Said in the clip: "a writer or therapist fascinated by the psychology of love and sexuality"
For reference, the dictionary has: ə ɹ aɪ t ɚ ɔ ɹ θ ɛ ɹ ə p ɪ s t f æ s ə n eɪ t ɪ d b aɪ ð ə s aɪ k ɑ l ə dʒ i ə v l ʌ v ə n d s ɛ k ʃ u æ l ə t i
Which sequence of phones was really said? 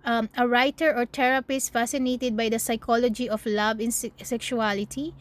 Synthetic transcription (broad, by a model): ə ɹ aɪ t ɚ ɔ ɹ t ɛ ɹ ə p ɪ s t f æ s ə n eɪ t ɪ d b aɪ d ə s aɪ k ɑ l ə dʒ i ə f l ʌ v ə n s s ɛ k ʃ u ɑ l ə t i